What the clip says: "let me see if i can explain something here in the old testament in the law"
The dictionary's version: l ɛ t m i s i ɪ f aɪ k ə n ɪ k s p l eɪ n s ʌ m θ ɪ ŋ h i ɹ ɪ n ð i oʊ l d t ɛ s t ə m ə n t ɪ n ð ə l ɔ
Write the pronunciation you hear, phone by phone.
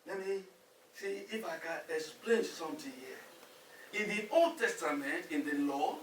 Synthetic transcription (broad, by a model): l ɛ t m i s i f aɪ k ə n ɪ k s p l eɪ n s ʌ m t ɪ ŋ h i ɪ n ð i oʊ l d t ɛ s t ə m ə n t ɪ n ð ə l ɔ